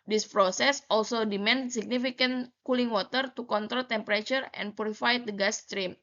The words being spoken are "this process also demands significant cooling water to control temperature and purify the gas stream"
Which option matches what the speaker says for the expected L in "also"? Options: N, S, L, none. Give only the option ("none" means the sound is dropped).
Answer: L